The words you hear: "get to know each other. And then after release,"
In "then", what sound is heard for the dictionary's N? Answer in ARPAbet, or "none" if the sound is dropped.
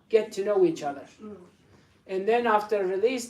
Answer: N